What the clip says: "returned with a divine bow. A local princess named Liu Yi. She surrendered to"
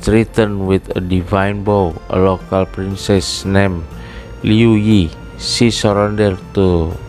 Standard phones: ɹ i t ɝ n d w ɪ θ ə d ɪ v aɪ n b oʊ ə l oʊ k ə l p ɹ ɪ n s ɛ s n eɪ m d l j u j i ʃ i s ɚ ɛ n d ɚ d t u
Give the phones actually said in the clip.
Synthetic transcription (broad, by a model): ɹ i t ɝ n w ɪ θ ə d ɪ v aɪ n b oʊ ə l oʊ k ə l p ɹ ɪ n s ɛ s n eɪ m l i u j i s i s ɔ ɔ n d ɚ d t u